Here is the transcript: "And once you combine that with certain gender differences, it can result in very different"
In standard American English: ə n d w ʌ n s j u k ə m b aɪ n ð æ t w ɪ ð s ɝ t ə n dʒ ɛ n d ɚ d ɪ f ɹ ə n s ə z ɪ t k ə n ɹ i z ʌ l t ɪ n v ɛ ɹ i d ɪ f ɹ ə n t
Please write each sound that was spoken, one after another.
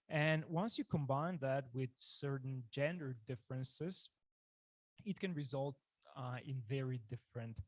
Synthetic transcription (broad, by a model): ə n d w ʌ n s j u k ə m b aɪ n ð æ t w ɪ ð s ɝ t n dʒ ɛ n d ɚ d ɪ f ɹ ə n s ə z ɪ t k ə n ɹ i z ʌ l t ɪ n v ɛ ɹ i d ɪ f ɹ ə n t